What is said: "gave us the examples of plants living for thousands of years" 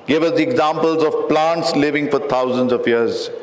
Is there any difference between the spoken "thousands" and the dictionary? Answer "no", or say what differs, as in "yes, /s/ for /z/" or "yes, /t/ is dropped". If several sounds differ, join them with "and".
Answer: yes, /t/ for /θ/